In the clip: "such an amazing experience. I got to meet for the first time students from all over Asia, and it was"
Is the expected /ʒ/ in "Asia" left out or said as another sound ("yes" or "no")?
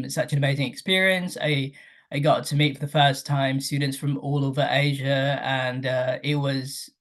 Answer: no